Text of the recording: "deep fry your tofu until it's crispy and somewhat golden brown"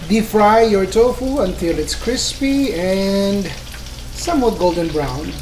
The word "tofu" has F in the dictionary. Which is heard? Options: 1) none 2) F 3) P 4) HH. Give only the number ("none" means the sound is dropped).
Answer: 2